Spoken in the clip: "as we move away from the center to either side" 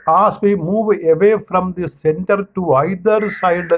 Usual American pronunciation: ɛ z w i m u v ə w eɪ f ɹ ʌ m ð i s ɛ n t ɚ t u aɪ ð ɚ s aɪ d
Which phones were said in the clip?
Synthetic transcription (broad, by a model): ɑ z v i m u v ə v eɪ f ɹ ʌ m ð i s ɛ n t ɚ t u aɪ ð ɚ s aɪ d